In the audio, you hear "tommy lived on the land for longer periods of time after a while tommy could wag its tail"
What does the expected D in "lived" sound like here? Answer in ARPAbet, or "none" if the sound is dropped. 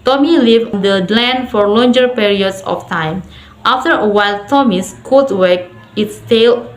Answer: none